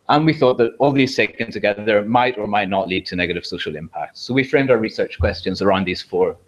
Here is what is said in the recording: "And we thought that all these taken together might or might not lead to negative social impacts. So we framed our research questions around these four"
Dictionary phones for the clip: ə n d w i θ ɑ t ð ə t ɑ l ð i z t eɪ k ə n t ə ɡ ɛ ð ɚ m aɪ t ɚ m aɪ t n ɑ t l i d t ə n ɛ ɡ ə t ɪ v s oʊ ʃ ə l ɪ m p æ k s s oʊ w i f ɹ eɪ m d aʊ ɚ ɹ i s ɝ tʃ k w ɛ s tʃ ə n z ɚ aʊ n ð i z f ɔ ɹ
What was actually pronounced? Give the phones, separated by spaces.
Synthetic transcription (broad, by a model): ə n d w i θ ɑ t ð ə t ɑ l ð i z s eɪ k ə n t ə ɡ ɛ ð ɚ m aɪ t ɚ m aɪ t n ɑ t l i d t ə n ɛ ɡ ə t ɪ v s oʊ ʃ ə l ɪ m p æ k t s oʊ w i f ɹ eɪ m d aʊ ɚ ɹ i s ɝ tʃ k w ɛ s tʃ ə n z ɚ aʊ n ð i z f ɔ ɹ